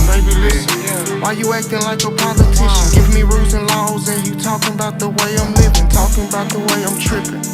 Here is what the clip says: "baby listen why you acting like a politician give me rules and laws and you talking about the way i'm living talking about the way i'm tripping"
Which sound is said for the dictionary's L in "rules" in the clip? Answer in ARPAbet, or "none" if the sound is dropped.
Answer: none